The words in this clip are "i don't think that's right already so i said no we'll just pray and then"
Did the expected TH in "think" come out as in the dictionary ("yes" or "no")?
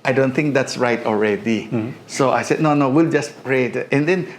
no